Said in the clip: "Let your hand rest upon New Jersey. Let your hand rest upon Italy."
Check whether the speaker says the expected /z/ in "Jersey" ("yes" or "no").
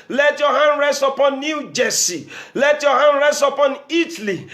no